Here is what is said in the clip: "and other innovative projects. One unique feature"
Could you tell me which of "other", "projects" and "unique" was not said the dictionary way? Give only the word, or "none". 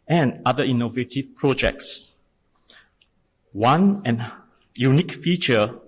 other